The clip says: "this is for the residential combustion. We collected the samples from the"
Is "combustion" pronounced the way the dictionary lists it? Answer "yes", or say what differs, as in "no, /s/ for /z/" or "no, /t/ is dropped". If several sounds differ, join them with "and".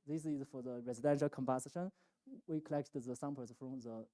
no, /ʃ/ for /tʃ/